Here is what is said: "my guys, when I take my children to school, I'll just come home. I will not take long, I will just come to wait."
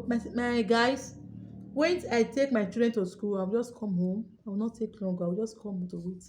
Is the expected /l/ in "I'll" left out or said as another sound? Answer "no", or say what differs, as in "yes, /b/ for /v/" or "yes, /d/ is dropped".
yes, /w/ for /l/